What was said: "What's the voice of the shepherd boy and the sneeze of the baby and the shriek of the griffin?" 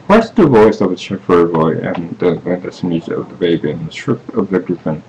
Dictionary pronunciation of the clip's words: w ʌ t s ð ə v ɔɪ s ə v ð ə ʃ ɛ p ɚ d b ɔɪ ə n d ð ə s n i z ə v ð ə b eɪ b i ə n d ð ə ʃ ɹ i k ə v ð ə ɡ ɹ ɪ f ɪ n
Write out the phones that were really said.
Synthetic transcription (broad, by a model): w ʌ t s ð ə v ɔɪ s ə v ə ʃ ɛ f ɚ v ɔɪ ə n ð ð ə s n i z ə v ð ə b eɪ b i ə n ð ə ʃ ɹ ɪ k ə v ð ə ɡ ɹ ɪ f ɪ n